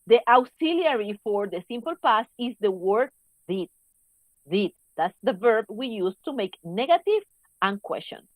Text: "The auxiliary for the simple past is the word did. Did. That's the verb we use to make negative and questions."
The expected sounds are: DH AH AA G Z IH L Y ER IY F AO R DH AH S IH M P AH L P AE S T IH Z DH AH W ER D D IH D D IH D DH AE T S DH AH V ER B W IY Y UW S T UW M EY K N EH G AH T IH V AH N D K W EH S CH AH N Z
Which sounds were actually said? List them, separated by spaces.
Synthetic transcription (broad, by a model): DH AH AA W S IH L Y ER IY F AO R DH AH S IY M P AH L P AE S IH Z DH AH W ER D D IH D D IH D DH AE T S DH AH V ER B W IY Y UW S T UW M EY K N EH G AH T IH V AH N K W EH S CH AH N